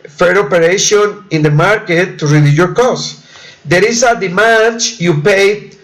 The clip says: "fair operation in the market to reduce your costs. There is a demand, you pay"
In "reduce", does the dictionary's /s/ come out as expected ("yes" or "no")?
no